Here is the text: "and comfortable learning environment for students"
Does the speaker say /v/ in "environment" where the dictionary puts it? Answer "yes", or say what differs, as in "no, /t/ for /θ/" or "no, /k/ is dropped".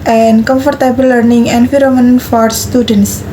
no, /f/ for /v/